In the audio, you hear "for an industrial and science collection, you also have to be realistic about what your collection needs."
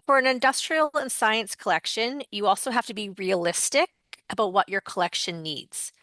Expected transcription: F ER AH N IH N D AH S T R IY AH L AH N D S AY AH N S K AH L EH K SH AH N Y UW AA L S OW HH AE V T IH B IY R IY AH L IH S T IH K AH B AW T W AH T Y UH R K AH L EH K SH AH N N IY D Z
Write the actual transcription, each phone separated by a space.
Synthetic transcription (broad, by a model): F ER AH N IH N D AH S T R IY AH L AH N S AY AH N S K AH L EH K SH AH N Y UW AA L S OW HH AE F T IH B IY R IY AH L IH S T IH K AH B AW T W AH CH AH R K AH L EH K SH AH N N IY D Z